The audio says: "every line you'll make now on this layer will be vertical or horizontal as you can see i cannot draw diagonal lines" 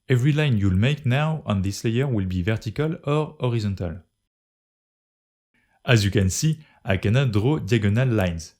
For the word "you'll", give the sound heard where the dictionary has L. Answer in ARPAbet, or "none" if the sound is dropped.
L